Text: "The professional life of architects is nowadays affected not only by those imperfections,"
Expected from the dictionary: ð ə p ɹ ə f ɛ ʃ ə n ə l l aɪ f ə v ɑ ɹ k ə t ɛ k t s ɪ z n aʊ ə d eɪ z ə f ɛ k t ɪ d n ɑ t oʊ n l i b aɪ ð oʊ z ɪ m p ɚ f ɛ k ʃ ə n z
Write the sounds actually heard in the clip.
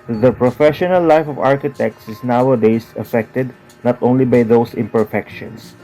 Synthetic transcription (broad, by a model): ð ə p ɹ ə f ɛ ʃ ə n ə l l aɪ f ə v ɑ ɹ k ə t ɛ k t s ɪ s n aʊ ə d eɪ s ə f ɛ k t ɪ d n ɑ t oʊ n l i b aɪ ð oʊ s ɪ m p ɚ f ɛ k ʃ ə n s